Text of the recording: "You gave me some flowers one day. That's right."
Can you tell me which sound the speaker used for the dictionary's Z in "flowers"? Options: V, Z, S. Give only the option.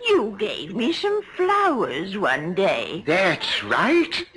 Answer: Z